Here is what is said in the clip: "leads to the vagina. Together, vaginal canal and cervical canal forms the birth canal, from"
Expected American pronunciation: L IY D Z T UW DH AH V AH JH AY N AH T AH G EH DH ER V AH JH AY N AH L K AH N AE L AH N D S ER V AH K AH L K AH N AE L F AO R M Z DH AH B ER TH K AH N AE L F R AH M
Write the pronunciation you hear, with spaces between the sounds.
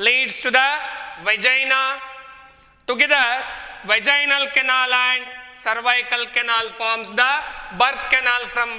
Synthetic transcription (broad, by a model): L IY D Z T UW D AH V AH JH AY N AH T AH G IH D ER V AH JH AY N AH L K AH N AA L AH N D S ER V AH K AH L K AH N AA L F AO R M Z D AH B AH T K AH N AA L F R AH M